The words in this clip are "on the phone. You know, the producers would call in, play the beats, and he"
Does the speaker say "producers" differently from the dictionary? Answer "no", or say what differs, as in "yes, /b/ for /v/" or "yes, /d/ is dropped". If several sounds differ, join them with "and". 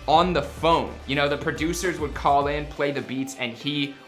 no